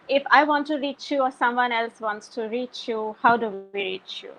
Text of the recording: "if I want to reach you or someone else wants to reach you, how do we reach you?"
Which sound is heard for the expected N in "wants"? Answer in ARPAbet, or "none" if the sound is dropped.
N